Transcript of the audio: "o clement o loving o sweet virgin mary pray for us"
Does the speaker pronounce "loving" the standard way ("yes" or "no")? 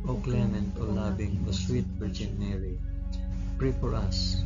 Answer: no